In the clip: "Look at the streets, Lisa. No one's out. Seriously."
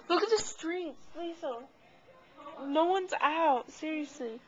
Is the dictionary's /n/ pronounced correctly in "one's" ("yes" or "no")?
yes